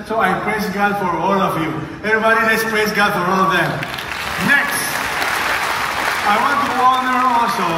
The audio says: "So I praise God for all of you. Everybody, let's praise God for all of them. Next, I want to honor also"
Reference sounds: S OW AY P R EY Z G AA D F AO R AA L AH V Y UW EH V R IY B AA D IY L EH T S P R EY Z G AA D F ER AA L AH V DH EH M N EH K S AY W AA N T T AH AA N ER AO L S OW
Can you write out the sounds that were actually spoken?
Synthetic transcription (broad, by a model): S OW AY P R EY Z G AA D F AO R AA L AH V Y UW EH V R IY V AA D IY N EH S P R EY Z G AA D AA L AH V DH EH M N EH K S AY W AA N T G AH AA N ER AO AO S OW